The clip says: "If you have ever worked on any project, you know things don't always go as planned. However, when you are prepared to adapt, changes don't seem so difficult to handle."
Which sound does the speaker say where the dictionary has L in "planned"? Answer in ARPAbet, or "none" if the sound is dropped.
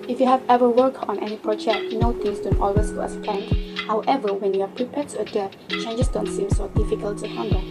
none